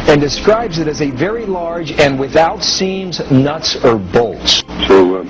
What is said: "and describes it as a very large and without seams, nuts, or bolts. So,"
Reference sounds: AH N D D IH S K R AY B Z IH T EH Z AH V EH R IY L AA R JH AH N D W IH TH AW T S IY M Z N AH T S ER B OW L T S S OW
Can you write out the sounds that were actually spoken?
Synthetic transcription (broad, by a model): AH N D D IH S K R AY B Z IH T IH Z AH V EH R IY L AA R JH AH N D W IH TH AW T S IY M Z N AH T S ER B OW L T S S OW